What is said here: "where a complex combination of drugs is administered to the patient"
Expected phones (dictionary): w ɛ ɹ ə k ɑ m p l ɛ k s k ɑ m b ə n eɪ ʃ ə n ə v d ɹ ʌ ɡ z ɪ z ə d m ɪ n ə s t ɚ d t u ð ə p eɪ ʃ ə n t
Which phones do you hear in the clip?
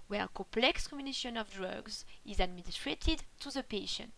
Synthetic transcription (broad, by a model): w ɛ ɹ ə k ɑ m p l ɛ k s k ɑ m ə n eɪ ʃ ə n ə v d ɹ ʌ ɡ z ɪ z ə d m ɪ n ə s t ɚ d t u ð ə p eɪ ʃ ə n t